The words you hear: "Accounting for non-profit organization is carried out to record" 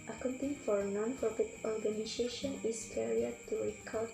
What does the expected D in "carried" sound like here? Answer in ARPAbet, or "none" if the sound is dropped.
none